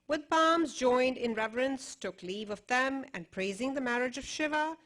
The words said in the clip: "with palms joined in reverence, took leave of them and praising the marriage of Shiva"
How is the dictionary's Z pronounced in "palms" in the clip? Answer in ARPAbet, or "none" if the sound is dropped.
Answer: Z